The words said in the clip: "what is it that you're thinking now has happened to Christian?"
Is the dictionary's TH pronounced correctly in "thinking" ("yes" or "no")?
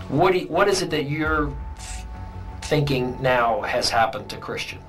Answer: yes